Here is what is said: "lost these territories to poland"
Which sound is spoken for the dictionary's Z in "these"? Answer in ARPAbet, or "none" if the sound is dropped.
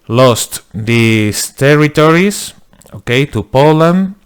S